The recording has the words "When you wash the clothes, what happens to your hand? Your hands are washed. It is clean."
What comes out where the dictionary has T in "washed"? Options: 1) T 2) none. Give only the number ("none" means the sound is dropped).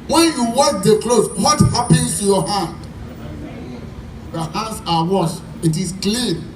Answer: 2